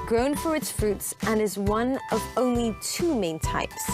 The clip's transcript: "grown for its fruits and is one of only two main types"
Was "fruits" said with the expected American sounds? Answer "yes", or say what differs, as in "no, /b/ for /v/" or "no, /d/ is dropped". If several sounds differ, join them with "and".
yes